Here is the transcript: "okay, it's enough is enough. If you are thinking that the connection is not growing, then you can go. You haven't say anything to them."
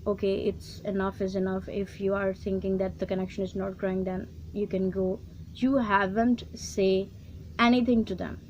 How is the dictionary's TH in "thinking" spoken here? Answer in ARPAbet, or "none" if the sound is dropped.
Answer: T